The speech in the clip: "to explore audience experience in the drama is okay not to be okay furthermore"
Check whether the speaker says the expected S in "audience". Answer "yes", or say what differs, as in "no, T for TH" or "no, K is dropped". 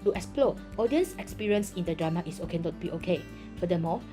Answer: yes